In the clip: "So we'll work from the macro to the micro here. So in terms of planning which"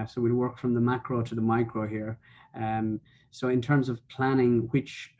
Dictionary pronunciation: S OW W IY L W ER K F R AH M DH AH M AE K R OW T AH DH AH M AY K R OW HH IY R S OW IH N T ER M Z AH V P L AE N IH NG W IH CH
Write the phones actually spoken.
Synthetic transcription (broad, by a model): S OW W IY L W ER K F R AH M DH AH M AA K R OW T AH DH AH M AY K R OW HH IY R S OW IH N T ER M Z AH V P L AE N IH NG W IH CH